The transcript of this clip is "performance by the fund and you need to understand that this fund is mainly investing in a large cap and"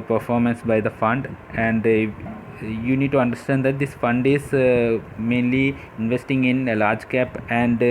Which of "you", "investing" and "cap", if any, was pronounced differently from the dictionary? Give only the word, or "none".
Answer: none